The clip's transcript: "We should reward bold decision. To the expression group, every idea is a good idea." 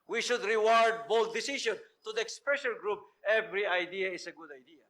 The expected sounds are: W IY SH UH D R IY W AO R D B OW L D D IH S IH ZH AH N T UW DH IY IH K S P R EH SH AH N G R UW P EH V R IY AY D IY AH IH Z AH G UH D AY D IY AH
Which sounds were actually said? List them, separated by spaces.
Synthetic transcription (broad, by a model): W IY SH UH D R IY W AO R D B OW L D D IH S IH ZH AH N T UW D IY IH K S P R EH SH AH L G R UW P EH V R IY AY D IY AH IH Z AH G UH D AY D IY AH